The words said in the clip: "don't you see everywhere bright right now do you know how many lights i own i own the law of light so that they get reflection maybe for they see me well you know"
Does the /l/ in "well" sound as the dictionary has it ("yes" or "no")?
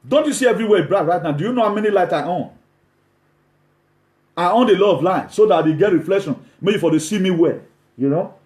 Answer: yes